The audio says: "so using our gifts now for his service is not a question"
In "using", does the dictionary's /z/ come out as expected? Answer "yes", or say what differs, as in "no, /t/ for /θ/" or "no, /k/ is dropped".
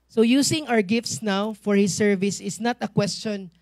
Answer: no, /s/ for /z/